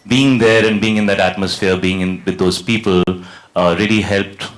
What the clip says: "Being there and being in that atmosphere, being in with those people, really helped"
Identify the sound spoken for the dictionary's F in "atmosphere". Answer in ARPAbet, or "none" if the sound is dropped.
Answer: F